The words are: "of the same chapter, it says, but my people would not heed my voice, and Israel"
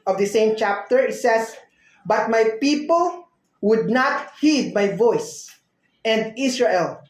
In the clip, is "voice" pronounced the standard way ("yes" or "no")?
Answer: yes